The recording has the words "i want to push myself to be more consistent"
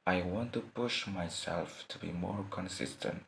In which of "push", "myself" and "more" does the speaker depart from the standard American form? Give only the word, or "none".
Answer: none